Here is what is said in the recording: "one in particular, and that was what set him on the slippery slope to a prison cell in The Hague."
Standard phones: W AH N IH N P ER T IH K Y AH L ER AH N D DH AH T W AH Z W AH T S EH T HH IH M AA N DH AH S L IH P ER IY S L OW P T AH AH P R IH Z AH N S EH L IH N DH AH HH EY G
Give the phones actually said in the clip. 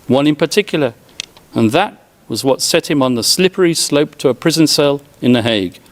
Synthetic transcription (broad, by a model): W AH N IH N P ER T IH K Y L ER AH N DH AH T W AH Z W AH T S EH T HH IH M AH N DH AH S L IH P ER IY S L OW P T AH AH P R IH Z AH N S EH L IH N DH AH HH EY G